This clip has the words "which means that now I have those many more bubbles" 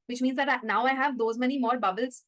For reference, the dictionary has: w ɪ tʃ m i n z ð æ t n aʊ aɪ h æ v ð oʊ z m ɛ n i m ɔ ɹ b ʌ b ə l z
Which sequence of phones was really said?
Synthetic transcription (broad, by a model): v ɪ tʃ m i n z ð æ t n aʊ aɪ h æ v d oʊ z m ɛ n i m ɔ ɹ b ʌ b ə l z